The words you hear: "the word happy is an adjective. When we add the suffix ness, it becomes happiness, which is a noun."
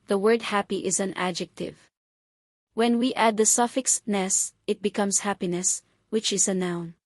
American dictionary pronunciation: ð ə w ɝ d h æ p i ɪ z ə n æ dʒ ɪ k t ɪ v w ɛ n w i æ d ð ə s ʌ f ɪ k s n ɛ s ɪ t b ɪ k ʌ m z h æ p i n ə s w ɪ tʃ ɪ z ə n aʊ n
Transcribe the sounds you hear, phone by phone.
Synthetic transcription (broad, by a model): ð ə w ɝ d h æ p i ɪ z ə n æ dʒ ɪ k t ɪ v w ɛ n w i æ d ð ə s ʌ f ɪ k s n ɛ s ɪ t b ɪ k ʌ m s h æ p i n ə s w ɪ tʃ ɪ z ə n aʊ n